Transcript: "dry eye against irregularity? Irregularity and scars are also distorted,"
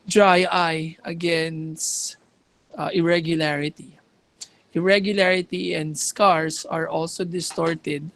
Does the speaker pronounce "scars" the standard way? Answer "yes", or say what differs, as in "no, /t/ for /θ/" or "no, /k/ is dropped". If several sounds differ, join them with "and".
no, /s/ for /z/